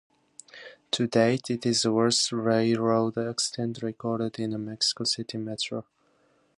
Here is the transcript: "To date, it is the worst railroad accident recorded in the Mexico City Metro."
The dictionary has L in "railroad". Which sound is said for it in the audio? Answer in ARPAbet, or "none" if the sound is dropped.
none